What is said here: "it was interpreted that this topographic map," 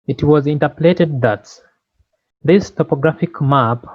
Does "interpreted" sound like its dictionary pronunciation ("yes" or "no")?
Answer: no